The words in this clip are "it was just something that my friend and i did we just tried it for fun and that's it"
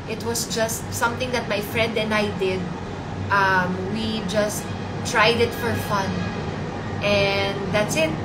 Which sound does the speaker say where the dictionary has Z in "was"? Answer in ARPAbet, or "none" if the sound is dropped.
S